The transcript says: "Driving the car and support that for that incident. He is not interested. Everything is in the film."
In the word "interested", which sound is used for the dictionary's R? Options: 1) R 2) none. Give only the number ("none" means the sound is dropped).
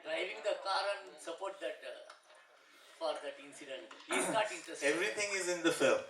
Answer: 2